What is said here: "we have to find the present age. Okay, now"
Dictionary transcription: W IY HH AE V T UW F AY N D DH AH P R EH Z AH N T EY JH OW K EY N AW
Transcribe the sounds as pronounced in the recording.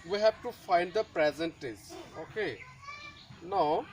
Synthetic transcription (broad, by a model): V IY HH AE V T UW F AY N D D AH P R EH Z AH N T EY Z OW K EY N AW